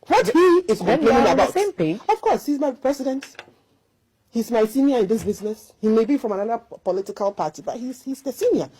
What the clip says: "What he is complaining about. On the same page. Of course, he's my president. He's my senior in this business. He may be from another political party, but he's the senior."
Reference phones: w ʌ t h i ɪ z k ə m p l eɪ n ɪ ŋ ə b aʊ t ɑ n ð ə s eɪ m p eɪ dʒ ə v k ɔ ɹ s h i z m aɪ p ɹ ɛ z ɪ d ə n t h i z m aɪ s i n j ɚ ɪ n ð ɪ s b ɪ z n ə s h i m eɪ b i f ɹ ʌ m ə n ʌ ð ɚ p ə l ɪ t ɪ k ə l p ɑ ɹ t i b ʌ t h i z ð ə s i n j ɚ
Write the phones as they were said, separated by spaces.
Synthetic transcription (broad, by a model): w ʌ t h i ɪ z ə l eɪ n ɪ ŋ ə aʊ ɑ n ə s eɪ m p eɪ ə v k ɔ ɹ s h i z m aɪ p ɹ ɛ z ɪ d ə n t h i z m aɪ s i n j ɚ ɪ n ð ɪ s b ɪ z n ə s h i m eɪ b i f ɹ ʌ m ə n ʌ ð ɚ p ə l ɪ t ɪ k ə l p ɑ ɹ t i b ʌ t h i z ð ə s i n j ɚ